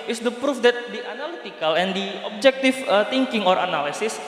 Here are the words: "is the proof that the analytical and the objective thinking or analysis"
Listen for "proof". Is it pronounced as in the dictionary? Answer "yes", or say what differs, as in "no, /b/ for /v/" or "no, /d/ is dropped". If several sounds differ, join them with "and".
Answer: yes